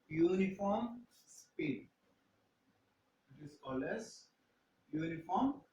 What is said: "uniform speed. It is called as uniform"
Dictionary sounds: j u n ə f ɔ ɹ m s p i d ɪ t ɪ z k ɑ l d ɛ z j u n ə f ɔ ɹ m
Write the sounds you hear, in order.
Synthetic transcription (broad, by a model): j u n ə f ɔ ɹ m s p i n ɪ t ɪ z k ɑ l ɛ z j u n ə f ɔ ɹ m